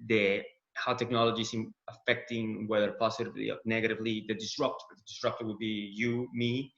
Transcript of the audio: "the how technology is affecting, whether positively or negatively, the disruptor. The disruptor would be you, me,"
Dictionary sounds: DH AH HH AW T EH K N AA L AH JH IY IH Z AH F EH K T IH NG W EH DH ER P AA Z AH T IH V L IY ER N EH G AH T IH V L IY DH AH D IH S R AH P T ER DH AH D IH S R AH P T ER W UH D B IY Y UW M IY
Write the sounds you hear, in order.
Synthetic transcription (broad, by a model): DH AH HH AW T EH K N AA L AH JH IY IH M AH F EH K T IH NG W EH DH ER P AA S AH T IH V L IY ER N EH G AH T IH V L IY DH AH D IH S R AH P T ER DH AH D IH S R AH P T ER W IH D B IY Y UW M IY